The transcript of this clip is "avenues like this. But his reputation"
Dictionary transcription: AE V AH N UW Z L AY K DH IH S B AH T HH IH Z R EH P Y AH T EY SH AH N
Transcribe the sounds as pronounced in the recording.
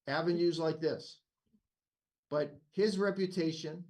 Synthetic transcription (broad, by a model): AE V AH N UW Z L AY K DH IH S B AH T HH IH Z R EH P Y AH T EY SH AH N